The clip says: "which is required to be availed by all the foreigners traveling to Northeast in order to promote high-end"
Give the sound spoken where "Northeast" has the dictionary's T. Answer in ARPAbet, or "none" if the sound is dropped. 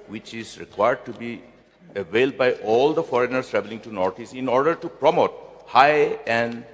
none